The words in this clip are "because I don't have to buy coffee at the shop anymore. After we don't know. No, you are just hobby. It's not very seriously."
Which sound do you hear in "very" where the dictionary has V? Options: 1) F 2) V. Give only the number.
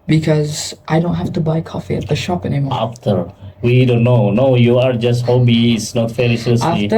1